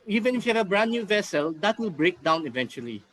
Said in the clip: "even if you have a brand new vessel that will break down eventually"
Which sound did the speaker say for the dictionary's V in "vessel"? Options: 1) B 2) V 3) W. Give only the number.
2